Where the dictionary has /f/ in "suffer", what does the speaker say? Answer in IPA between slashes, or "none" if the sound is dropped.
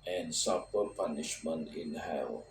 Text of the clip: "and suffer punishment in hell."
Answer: /p/